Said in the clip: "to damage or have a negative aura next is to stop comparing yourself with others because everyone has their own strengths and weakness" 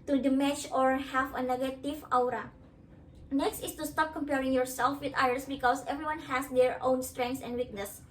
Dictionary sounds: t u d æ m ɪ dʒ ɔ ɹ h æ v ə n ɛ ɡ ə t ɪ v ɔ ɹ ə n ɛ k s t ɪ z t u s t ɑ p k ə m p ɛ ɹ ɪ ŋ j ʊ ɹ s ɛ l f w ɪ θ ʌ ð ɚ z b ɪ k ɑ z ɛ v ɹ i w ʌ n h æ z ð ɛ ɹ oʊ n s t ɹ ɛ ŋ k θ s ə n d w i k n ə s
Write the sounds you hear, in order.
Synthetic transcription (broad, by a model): t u d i m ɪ tʃ ɔ ɹ h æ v ə n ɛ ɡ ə t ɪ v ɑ ɹ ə n ɛ k s t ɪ s t u s t ɑ p k ə m p ɛ ɹ ɪ ŋ j ʊ ɹ s ɛ l f w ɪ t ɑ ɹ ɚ s b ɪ k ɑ s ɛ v ɹ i w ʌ n h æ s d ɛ ɹ oʊ n s t ɹ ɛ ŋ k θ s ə n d w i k n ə s